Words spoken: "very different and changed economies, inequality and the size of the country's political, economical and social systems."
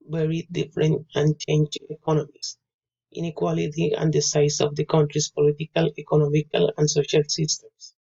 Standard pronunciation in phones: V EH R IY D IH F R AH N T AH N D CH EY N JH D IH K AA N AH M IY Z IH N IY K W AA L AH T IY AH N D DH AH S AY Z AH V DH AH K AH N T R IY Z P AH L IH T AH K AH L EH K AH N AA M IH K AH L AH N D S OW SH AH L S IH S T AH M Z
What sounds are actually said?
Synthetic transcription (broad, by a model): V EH R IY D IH F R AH N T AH N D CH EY N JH IH K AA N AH M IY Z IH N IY K W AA L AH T IY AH N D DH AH S AY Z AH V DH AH K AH N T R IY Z P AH L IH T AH K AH L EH K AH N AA M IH K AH L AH N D S OW SH AH L S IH S T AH M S